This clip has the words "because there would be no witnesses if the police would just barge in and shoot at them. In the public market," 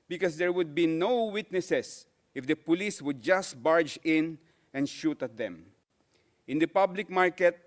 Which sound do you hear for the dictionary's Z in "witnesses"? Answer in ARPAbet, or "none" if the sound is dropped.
S